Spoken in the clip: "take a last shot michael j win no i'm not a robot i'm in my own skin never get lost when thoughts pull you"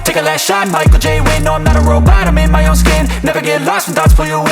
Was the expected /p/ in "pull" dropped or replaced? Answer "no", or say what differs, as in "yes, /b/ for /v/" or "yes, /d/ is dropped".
yes, /f/ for /p/